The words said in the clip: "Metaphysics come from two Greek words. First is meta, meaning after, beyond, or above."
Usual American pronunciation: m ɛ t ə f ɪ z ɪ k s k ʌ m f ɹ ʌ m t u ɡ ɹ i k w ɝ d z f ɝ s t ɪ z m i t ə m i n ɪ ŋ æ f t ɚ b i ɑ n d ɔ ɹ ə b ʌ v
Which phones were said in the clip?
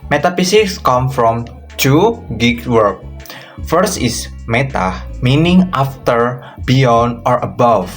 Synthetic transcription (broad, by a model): m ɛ t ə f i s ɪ k s k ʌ m f ɹ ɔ m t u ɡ i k w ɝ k f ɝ s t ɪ s m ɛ t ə m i n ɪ ŋ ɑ f t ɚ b i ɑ n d ɔ ɹ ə b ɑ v